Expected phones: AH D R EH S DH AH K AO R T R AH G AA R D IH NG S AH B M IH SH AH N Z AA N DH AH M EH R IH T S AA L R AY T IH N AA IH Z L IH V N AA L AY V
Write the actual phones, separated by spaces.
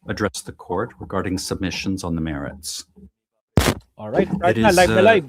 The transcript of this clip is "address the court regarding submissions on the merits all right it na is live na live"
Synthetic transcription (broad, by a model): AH D R EH S DH AH K AO R T R AH G AA R D IH NG S AH B M IH SH AH N Z N DH AH M EH R IH T S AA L R AY T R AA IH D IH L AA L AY